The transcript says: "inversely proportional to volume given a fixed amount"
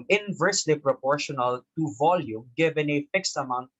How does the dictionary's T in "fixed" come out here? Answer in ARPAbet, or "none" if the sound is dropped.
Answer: T